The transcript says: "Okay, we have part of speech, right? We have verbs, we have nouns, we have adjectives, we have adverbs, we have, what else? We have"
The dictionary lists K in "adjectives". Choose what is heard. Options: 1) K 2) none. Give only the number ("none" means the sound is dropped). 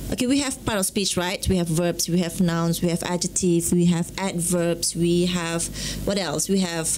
2